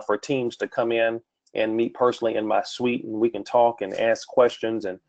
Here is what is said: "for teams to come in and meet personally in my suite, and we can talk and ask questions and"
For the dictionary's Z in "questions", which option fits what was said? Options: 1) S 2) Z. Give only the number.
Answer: 2